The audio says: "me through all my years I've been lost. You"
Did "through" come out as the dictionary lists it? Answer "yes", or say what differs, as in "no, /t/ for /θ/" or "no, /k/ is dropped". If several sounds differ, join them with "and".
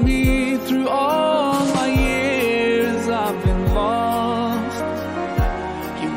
yes